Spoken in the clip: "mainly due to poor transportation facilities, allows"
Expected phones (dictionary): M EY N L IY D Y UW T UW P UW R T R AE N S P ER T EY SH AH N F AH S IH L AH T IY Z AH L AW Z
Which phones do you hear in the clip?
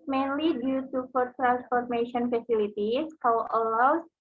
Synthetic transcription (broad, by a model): M EY N L IY D Y UW T UW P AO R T R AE N S F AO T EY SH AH N F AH S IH L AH T IY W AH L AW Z